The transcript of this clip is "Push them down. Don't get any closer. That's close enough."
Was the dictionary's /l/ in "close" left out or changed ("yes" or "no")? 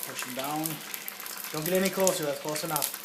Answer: yes